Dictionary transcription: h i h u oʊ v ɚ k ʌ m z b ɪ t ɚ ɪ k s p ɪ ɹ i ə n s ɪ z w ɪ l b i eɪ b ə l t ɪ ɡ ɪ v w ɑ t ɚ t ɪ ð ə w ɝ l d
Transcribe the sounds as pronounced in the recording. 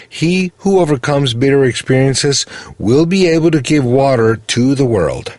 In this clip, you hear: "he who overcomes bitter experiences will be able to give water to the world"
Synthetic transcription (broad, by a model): h i h u oʊ v ɚ k ʌ m z b ɪ t ɚ ɪ k s p ɪ ɹ i ə n s ɪ z w ɪ l b i eɪ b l t ɪ ɡ ɪ v w ɑ t ɚ t ɪ ð ə w ɝ l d